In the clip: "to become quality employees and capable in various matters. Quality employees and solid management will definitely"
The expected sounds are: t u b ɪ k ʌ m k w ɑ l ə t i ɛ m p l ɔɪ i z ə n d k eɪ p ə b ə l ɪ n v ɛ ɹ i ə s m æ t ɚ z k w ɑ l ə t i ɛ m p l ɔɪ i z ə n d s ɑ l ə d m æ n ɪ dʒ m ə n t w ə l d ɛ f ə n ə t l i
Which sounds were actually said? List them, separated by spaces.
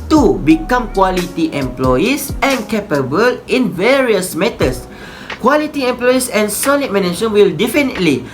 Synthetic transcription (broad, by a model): t u b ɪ k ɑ m k w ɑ l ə t i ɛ m p l ɔɪ i s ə n k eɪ p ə b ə l ɪ n v ɛ ɹ i ə s m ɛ t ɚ s k w ɑ l ə t i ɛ m p l ɔɪ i s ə n s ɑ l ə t m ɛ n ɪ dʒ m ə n w ə l d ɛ f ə n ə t l i